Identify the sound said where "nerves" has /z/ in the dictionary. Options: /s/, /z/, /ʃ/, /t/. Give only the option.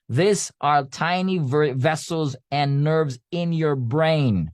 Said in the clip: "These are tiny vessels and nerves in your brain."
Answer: /z/